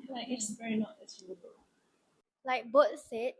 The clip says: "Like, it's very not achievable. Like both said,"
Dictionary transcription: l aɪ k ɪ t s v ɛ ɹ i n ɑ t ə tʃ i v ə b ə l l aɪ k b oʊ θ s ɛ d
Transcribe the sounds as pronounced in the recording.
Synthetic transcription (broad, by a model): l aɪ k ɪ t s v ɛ ɹ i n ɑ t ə s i ə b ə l l aɪ k b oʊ t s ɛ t